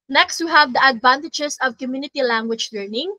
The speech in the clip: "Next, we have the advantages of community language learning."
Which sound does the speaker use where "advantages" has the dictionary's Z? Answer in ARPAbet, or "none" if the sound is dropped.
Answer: S